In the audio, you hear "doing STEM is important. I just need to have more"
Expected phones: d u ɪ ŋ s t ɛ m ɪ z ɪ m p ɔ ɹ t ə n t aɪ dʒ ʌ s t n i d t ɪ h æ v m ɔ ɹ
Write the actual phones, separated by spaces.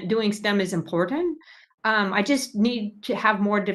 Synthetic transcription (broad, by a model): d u ɪ ŋ s t ɛ m ɪ z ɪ m p ɔ ɹ t n t aɪ dʒ ʌ s t n i d t ɪ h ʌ v m ɔ ɹ